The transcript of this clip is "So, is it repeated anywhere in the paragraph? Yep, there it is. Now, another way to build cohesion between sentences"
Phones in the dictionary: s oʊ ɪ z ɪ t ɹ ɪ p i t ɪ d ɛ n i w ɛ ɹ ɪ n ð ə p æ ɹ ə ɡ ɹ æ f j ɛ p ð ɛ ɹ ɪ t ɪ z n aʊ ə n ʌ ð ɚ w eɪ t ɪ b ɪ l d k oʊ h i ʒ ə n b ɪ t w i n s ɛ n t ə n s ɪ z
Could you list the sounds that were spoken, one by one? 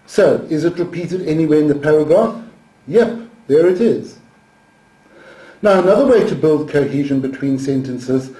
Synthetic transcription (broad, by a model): s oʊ ɪ z ɪ t ɹ ɪ p i t ɪ d ɛ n i w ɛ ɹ ɪ n ð ə p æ ɹ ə ɡ ɹ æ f j ɛ p ð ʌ ɹ ɪ t ɪ z n aʊ ə n ʌ ð ɚ w eɪ t ɪ b ɪ l d k oʊ h i ʒ ə n b ɪ t w i n s ɛ n t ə n s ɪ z